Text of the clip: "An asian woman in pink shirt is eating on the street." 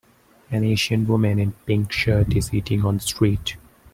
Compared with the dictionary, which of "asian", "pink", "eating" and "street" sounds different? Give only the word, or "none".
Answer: asian